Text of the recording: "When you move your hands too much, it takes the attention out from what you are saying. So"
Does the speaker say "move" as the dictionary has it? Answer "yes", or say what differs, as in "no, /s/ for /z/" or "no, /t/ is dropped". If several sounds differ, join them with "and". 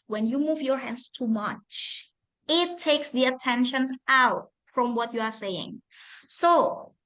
yes